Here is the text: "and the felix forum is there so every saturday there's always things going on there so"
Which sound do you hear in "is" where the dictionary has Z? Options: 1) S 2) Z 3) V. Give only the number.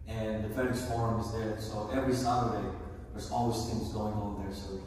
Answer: 2